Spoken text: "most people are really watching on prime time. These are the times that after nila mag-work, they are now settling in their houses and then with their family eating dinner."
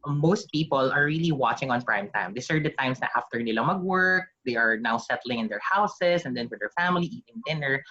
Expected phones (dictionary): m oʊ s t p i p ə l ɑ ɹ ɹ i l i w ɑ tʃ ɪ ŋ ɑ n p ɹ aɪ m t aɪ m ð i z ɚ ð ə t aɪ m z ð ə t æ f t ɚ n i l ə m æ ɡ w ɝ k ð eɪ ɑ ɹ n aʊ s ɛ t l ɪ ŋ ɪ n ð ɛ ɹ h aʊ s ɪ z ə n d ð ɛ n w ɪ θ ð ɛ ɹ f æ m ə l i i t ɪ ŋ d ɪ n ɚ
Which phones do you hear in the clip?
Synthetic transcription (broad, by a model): m oʊ s t p i p ə l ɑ ɹ ɹ i l i w ɑ tʃ ɪ ŋ ɑ n p ɹ aɪ m t aɪ m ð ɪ s ɚ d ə t aɪ m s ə t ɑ f t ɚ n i l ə m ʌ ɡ w ɝ k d eɪ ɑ ɹ n aʊ s ɛ t l ɪ ŋ ɪ n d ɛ ɹ h aʊ s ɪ s ə n d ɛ n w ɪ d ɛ ɹ f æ m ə l i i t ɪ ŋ d ɪ n ɚ